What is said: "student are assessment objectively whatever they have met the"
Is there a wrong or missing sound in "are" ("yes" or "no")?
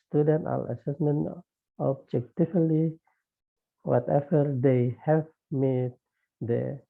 yes